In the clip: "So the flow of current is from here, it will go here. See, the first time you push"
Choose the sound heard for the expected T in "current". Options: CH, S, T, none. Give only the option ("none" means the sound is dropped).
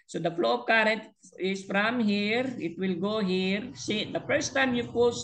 T